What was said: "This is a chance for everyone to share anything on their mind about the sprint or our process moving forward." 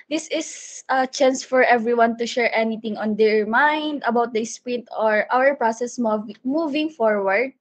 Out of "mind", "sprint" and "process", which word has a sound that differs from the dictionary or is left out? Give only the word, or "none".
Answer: none